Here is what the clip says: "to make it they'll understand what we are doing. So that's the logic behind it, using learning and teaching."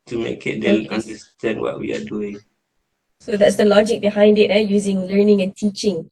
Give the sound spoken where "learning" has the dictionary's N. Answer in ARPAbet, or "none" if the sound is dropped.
N